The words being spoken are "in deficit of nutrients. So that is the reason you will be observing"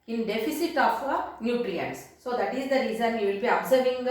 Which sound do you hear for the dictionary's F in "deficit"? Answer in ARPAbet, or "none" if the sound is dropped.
F